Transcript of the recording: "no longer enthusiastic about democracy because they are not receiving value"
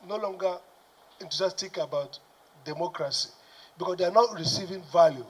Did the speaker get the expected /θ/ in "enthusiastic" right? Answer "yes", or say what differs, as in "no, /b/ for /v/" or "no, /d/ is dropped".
no, /t/ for /θ/